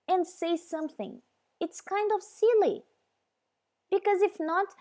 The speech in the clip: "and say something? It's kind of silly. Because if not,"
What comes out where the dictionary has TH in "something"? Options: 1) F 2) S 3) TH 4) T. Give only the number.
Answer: 3